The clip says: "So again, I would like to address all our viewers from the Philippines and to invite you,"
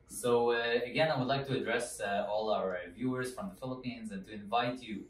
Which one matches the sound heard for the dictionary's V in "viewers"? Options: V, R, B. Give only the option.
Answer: V